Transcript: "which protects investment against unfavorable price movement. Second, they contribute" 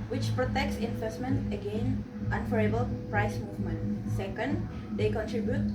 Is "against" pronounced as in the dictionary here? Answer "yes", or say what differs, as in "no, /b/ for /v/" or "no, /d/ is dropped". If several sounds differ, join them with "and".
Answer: no, /s/ is dropped